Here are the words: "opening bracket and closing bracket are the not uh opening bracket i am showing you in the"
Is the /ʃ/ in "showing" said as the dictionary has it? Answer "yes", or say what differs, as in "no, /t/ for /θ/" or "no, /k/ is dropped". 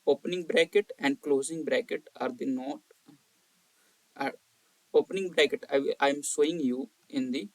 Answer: no, /s/ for /ʃ/